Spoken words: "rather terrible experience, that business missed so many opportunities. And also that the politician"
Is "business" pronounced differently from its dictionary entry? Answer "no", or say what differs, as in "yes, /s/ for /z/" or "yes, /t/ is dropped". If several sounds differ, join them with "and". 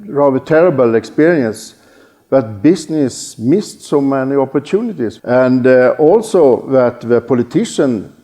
yes, /s/ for /z/